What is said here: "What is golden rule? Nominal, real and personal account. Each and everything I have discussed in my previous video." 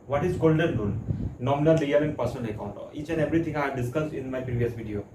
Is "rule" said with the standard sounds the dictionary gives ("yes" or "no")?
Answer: no